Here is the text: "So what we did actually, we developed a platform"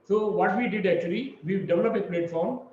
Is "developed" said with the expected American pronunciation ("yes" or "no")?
no